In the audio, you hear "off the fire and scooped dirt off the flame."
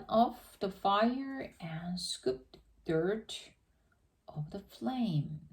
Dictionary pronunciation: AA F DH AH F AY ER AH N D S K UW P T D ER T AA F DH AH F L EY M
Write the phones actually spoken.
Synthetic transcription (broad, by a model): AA F DH AH F AY ER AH N S K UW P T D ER T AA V DH AH F L EY M